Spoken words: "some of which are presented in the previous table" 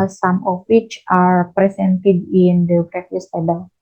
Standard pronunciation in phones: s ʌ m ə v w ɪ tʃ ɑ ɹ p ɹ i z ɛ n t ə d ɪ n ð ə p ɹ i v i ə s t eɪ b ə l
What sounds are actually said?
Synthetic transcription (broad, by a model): s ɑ m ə f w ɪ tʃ ɑ ɹ p ɹ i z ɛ n t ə d ɪ n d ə b ɹ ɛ f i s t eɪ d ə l